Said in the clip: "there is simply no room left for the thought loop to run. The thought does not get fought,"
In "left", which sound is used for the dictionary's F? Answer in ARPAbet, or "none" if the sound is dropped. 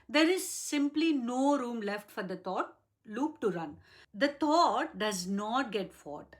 F